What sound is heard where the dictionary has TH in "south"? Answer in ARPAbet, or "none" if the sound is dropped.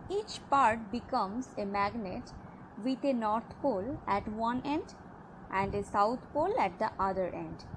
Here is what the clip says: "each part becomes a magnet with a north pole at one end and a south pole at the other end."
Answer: T